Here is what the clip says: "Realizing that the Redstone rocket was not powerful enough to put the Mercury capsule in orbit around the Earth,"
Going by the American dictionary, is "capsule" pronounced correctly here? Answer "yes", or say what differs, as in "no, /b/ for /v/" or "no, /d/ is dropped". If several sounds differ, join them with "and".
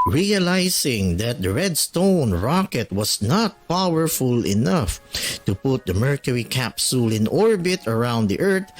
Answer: yes